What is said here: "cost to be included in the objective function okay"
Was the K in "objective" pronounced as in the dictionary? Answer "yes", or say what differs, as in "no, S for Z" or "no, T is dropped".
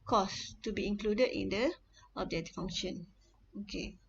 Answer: no, K is dropped